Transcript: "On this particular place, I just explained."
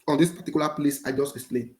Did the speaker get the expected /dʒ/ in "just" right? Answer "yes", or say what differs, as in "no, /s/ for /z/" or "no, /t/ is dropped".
yes